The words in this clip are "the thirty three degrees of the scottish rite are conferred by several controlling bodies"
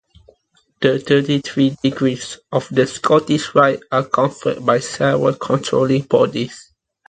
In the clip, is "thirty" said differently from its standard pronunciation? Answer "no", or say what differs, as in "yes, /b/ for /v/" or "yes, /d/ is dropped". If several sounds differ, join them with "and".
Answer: yes, /t/ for /θ/